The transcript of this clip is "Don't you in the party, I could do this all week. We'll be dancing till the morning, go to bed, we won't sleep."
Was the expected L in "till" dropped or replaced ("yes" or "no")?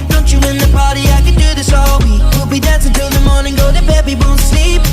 yes